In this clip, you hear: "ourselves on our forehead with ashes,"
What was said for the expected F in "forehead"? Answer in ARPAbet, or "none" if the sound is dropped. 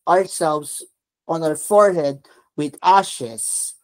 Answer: F